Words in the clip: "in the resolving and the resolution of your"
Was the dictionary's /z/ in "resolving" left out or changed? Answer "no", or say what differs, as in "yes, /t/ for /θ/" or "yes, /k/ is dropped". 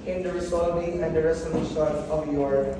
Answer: yes, /s/ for /z/